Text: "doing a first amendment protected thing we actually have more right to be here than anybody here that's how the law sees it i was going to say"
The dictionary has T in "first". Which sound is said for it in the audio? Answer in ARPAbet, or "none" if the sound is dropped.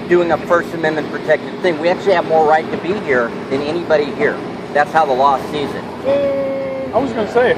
T